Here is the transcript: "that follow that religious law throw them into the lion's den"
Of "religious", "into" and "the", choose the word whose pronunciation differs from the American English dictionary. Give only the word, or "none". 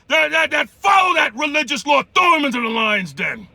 none